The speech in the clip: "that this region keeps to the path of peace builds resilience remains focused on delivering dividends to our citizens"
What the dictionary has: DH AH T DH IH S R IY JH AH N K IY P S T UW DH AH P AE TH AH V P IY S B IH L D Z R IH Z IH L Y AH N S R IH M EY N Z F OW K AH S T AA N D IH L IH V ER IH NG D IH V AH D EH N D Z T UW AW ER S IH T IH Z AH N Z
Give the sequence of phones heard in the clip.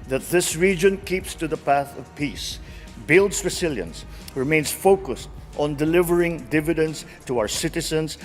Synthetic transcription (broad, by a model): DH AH T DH IH S R IY JH AH N K IY P S T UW DH AH P AE TH AH V P IY S B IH L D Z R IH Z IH L Y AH N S R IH M EY N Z F OW K AH S T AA N D IH L IH V ER IH NG D IH V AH D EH N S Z T UW AW ER S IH T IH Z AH N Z